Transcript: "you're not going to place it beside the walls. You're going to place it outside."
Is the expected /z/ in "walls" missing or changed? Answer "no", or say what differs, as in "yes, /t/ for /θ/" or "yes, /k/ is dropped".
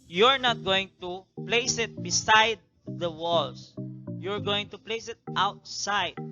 yes, /s/ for /z/